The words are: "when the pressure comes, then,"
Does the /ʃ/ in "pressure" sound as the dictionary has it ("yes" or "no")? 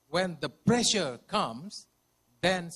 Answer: yes